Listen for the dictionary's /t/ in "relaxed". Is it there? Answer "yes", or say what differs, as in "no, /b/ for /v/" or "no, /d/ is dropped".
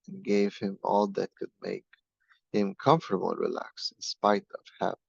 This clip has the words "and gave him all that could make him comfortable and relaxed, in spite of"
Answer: no, /t/ is dropped